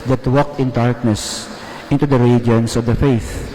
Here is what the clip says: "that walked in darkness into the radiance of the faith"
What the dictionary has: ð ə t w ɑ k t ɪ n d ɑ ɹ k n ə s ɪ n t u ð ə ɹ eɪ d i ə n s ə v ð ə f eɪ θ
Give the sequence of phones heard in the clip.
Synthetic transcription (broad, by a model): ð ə t w ɑ k t ɪ n d ɑ ɹ k n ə s ɪ n t u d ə ɹ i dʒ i n s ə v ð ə f eɪ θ